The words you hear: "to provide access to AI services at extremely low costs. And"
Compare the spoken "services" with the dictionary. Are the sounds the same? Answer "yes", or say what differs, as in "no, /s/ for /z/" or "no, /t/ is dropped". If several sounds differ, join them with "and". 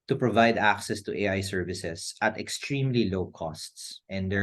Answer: no, /s/ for /z/